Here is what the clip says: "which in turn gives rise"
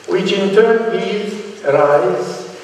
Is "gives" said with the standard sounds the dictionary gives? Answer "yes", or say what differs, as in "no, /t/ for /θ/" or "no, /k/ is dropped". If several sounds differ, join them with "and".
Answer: no, /v/ is dropped